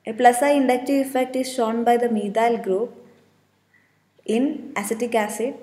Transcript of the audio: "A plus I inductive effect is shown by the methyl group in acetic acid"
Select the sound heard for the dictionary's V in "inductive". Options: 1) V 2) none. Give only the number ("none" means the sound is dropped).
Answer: 2